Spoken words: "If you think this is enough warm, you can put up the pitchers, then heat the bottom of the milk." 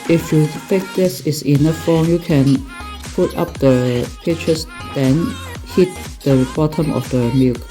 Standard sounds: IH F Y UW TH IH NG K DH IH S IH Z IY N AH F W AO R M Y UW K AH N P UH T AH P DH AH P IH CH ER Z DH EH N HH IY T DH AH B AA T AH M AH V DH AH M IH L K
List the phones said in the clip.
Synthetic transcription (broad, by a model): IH F Y UW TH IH K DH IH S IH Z IY N AH F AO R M Y UW K AH N P UH T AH P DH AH P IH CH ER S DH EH N HH IY T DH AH B AA T AH M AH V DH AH M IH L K